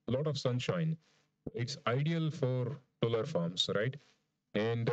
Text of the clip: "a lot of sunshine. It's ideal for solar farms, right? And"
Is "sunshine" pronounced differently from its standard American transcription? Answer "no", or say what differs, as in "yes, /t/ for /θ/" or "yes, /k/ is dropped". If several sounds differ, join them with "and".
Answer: no